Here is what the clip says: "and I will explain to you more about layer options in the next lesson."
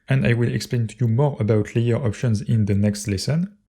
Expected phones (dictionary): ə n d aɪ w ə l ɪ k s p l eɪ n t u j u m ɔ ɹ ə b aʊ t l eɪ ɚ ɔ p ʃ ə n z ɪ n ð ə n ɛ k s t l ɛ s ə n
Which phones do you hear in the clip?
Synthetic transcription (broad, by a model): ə n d aɪ w ə l ɪ k s p l eɪ n t u j u m ɔ ɹ ə b aʊ t l eɪ ɚ ɔ p ʃ ə n z ɪ n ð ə n ɛ k s t l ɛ s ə n